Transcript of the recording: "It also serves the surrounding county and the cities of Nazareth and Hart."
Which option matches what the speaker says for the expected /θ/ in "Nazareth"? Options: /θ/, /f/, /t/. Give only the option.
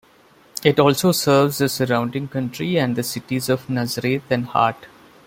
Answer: /t/